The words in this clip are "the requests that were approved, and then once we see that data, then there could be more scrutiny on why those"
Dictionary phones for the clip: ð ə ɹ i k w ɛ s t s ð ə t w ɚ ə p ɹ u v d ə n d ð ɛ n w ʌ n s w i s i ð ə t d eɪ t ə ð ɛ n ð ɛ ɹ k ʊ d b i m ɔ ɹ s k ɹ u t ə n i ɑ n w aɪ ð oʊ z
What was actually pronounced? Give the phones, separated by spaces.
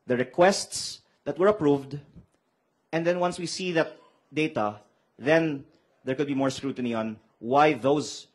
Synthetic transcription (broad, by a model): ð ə ɹ i k w ɛ s t s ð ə t w ɚ ə p ɹ u v d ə n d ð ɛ n w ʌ n s w i s i ð ə t d eɪ t ə ð ɛ n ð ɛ ɹ k ʊ d b i m ɔ ɹ s k ɹ u t ə n i ɑ n w aɪ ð oʊ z